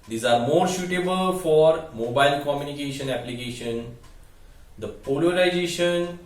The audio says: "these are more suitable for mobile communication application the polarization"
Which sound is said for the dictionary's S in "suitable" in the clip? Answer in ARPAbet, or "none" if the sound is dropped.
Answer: SH